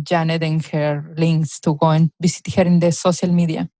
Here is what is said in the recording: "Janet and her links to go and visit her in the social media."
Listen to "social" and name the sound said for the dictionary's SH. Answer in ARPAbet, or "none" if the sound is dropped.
S